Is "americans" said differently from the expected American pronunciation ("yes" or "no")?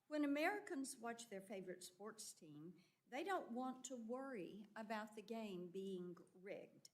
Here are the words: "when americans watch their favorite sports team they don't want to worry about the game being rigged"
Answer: no